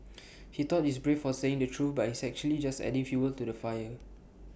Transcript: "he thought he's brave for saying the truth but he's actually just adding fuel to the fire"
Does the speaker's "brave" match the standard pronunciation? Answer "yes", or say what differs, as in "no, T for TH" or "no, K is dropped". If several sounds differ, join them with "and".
no, F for V